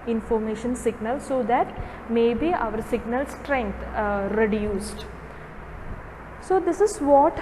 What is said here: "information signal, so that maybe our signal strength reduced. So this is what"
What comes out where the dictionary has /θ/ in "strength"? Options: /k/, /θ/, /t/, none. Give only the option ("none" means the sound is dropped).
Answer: /t/